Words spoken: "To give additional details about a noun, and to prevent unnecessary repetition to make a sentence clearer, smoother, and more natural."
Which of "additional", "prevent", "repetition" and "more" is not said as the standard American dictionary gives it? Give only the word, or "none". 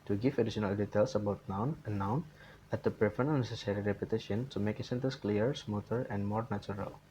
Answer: prevent